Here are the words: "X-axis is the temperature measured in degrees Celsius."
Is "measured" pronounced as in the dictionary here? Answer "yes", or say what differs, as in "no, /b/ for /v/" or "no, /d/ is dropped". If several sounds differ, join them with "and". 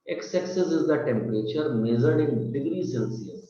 no, /z/ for /ʒ/